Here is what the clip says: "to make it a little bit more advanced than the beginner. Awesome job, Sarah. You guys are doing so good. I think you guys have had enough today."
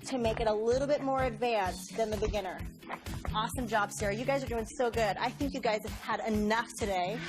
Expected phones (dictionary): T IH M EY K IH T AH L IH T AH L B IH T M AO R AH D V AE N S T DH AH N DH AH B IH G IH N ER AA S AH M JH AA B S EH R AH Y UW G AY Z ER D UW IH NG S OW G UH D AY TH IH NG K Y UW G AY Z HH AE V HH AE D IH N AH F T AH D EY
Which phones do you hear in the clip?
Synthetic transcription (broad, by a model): T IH M EY K IH T AH L IH T L B IH T M AO R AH D V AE N S DH AH N DH AH B IH G IH N ER AA S AH M JH AA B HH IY R Y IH G AY Z ER D UW IH NG S OW G UH D AY TH IH NG K Y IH G AY Z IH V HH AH D IH N AH F T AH D EY